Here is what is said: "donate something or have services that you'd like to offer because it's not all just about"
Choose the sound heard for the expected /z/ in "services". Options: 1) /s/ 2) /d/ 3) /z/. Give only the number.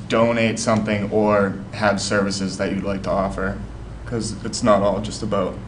3